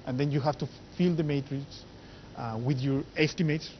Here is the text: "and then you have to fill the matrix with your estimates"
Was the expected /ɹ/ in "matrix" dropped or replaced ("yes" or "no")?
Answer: no